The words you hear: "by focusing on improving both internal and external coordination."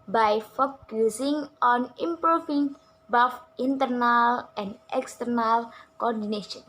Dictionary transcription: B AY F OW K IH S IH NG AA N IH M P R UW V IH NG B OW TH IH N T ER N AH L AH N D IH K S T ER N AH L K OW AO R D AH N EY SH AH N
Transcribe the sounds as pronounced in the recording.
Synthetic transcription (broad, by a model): B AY F OW K IH S IH NG AA N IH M P R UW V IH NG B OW F IH N T ER N AH L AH N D IH K S T ER N AH L K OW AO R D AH N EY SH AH N